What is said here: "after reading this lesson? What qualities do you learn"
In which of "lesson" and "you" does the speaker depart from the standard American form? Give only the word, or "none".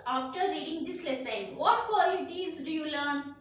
none